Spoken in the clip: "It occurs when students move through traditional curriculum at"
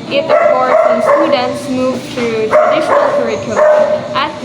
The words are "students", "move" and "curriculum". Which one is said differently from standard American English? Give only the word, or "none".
curriculum